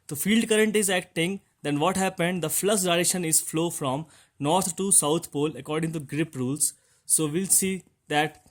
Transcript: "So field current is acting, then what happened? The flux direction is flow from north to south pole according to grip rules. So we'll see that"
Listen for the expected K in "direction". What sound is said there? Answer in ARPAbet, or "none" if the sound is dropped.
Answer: none